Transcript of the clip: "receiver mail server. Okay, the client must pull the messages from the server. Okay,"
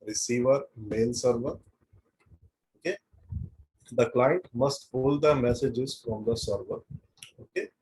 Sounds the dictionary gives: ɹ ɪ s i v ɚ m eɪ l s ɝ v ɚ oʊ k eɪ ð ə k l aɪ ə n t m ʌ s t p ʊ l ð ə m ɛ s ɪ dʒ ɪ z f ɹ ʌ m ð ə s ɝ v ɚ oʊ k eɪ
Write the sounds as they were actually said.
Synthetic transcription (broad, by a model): ɹ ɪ s i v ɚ m eɪ l s ɝ v ɚ oʊ k eɪ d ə k l aɪ ə n t m ʌ s t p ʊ l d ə m ɛ s ɪ dʒ ɪ z f ɹ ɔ m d ə s ɝ v ɚ oʊ k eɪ